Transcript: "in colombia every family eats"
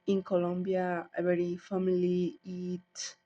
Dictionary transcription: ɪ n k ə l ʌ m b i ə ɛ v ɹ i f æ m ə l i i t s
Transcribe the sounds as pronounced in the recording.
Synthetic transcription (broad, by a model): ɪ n k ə l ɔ m b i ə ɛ ɹ i f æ m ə l i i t